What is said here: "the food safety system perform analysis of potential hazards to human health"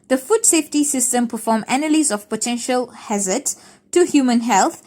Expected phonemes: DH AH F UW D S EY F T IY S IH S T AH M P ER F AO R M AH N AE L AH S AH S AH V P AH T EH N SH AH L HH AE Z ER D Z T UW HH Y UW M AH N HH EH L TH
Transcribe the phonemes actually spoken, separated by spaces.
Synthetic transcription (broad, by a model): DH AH F UW D S EY F T IY S IH S T AH M P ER F AO M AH N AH L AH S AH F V P AH T EH N SH AH L HH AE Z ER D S T UW HH Y UW M AH N HH EH L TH